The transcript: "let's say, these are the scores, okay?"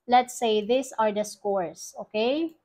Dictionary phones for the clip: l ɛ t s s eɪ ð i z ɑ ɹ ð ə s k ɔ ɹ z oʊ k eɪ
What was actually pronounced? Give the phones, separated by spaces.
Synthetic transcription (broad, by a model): l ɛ t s s eɪ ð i s ɑ ɹ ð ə s k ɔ ɹ s oʊ k eɪ